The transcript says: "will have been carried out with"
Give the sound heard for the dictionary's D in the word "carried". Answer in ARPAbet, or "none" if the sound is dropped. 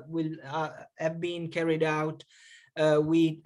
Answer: D